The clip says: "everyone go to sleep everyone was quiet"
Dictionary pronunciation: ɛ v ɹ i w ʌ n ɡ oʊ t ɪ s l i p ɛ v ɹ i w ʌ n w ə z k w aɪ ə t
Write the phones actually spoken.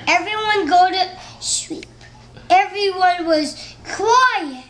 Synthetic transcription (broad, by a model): ɛ v ɹ i w ʌ n ɡ oʊ t ɪ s w i p ɛ v ɹ i w ʌ n w ə z k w aɪ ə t